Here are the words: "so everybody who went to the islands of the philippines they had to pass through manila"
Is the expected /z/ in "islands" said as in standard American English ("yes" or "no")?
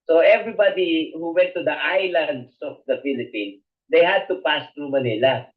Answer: no